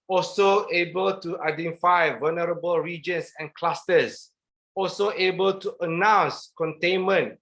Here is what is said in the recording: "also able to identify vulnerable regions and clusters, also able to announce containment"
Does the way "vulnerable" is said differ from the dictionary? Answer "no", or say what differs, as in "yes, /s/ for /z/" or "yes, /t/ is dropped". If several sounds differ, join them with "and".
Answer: no